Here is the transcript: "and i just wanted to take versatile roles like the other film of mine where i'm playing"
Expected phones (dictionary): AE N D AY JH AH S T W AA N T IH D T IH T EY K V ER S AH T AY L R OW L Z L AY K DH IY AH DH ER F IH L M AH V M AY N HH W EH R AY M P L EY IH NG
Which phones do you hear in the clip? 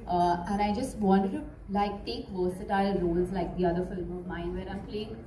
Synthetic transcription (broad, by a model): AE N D AY JH AH S T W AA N T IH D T IH T EY K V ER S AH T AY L R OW L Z L AY K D IY AH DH ER F IH L M AH V M AY N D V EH R AY M P L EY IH NG